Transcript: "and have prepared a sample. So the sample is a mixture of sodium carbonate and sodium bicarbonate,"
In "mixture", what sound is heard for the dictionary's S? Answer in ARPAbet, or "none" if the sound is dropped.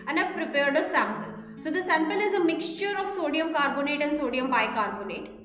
S